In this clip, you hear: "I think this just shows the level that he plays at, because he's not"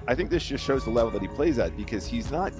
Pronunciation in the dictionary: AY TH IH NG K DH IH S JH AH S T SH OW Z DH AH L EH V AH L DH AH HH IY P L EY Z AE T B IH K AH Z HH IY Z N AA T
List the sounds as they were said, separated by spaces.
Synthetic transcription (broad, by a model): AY TH IH NG K DH IH S JH AH S T SH OW Z DH AH L EH V L DH AH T IY P L EY Z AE T B IH K AH Z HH IY Z N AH T